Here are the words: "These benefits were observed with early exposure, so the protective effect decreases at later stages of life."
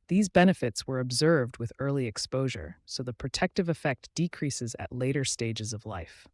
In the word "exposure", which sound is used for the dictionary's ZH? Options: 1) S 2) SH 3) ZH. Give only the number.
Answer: 3